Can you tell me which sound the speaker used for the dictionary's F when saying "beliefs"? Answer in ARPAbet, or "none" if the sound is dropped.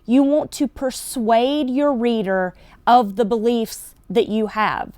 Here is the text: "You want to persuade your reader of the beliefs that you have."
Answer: F